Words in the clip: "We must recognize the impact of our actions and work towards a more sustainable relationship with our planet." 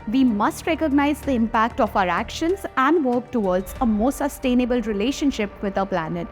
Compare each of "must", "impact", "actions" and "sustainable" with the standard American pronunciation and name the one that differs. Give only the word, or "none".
none